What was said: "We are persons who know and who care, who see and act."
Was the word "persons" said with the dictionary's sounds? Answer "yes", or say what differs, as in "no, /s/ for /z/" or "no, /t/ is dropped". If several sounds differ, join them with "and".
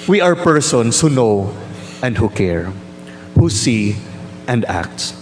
no, /s/ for /z/